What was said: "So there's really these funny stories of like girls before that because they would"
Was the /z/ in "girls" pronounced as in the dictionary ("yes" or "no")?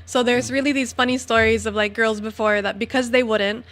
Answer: yes